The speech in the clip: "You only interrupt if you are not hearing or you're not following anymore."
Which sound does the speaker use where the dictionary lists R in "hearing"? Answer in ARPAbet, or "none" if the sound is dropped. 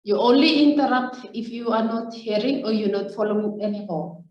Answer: R